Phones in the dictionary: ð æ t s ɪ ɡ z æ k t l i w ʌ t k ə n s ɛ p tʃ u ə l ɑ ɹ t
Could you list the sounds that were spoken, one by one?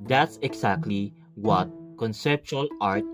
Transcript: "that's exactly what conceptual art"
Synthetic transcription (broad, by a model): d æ t s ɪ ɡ s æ k t l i w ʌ t k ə n s ɛ p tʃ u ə l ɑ ɹ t